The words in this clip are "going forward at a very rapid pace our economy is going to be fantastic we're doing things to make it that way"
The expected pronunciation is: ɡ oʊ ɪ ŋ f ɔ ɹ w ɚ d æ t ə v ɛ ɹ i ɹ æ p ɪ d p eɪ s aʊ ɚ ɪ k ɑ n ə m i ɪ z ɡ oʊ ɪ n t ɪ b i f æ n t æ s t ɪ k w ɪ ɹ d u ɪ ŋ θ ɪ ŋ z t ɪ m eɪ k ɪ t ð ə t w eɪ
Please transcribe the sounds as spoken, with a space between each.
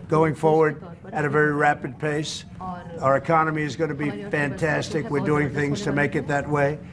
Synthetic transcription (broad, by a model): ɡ oʊ ɪ ŋ f ɔ ɹ w ɚ d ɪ t ə v ɛ ɹ i ɹ æ p ɪ d p eɪ s aʊ ɚ ɪ k ɑ n ə m i ɪ z ɡ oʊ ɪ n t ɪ b i f æ n t æ s t ɪ k w ɪ ɹ d u ɪ ŋ θ ɪ ŋ z t ɪ m eɪ k ɪ t ð ə t w eɪ